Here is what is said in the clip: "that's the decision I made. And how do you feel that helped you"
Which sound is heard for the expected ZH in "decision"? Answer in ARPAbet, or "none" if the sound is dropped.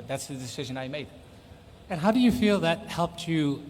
ZH